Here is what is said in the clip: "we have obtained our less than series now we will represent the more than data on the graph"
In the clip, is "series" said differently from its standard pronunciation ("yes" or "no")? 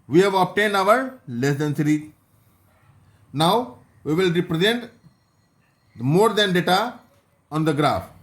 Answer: yes